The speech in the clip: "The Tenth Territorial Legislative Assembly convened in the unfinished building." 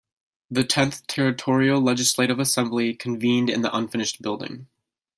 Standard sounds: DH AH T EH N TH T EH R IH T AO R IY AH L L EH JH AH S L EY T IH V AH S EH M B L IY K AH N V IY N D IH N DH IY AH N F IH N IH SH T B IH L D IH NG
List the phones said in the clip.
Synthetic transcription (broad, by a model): DH AH T EH N TH T EH R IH T AO R IY L L EH JH AH S L EY T IH V AH S EH M B L IY K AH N V IY N D IH N DH IY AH N F IH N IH SH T B IH L D IH NG